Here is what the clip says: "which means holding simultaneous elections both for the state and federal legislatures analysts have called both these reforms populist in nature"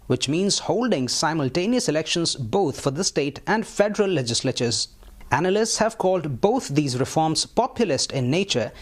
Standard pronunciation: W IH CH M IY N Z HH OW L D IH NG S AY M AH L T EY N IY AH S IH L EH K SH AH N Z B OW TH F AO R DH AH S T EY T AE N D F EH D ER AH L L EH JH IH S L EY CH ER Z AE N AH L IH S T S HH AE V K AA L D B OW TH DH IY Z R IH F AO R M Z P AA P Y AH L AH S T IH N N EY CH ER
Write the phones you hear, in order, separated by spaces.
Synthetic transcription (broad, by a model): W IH CH M IY N Z HH OW L D IH NG S AY M AH L T EY N IY AH S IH L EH K SH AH N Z B OW T F AO R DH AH S T EY T AE N D F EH D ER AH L L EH JH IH S L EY CH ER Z AE N AH L IH S T S HH AE V K AA L D B OW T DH IY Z R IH F AO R M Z P AA P Y AH L AH S T IH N N EY CH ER